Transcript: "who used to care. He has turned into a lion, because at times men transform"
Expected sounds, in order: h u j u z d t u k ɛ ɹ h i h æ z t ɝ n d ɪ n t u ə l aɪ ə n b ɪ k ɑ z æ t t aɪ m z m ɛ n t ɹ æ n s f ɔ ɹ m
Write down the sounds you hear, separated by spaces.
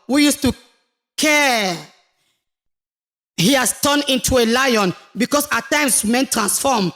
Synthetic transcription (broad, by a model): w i j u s t u k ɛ h i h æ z t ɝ n ɪ n t u ə l aɪ ə n b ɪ k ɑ s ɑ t t aɪ m s m ɛ n t ɹ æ n s f ɔ m